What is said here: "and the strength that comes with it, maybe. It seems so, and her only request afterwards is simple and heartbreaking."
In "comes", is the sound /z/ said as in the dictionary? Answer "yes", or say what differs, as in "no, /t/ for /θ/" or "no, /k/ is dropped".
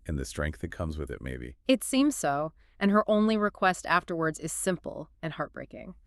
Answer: yes